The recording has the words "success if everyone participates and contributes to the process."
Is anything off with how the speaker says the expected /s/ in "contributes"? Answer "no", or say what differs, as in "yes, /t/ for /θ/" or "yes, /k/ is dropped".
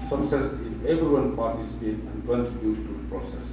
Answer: yes, /s/ is dropped